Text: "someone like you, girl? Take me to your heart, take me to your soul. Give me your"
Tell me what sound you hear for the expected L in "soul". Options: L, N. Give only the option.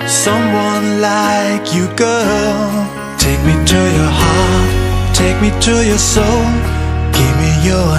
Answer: L